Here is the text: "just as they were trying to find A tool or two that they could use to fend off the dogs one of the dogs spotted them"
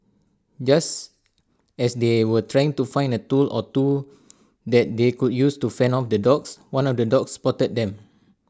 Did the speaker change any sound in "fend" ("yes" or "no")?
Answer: yes